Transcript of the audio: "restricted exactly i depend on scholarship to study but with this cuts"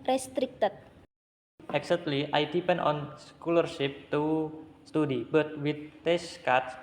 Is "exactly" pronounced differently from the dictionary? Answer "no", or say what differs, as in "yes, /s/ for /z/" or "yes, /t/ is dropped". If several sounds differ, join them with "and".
yes, /k/ is dropped